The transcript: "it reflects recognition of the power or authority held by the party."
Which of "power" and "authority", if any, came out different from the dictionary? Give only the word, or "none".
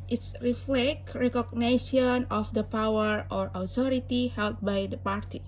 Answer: authority